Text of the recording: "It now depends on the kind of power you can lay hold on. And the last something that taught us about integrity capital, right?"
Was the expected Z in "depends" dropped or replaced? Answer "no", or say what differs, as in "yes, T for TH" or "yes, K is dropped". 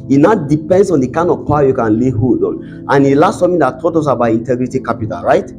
yes, S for Z